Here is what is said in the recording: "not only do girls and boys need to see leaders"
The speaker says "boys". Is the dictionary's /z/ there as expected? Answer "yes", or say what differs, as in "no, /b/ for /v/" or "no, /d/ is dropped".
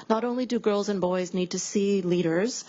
yes